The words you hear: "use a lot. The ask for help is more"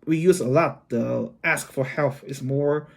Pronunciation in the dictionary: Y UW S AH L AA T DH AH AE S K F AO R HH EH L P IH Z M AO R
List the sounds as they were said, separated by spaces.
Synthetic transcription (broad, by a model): Y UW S AH L AA T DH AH AE S K F AO R HH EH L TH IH S M AO R